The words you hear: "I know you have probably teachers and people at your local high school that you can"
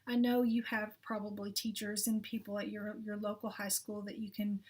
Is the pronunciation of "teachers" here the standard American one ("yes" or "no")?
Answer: yes